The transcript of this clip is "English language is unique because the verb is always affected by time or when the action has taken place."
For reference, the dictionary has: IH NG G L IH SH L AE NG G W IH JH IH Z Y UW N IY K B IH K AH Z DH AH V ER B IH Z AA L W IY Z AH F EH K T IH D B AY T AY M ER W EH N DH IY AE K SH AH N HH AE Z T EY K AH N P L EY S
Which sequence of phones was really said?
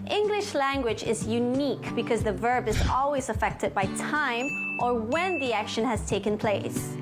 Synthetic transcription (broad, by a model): IH NG G L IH SH L AE NG G W IH JH IH Z Y UW N IY K B IH K AH Z DH AH V ER B IH Z AA L W IY Z AH F EH K T IH D B AY T AY M ER W EH N DH IY AE K SH AH N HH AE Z T EY K AH N P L EY S